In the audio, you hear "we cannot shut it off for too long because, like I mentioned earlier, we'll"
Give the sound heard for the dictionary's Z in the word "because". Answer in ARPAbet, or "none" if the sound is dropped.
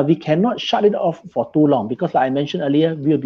S